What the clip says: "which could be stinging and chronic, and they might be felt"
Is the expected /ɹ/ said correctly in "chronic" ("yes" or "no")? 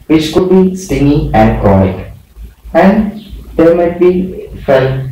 no